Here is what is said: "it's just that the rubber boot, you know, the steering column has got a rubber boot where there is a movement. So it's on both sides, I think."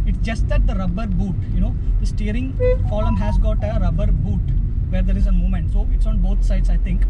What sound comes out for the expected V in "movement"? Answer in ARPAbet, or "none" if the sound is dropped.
none